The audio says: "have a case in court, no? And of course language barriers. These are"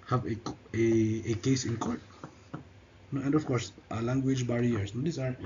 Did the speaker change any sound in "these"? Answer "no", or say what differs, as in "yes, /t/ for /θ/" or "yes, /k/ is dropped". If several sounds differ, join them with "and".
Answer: yes, /s/ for /z/